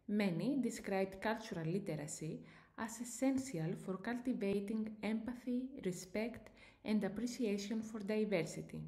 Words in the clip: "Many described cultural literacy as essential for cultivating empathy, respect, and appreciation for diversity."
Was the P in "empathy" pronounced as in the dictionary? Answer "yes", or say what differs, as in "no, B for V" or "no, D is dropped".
yes